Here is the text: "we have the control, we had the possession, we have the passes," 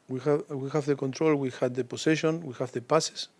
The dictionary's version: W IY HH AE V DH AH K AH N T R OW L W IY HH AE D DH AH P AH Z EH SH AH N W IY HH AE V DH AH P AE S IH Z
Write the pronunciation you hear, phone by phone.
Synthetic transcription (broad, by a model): W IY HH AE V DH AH K AH N T R OW L W IY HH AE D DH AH P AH S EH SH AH N W IY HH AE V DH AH P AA S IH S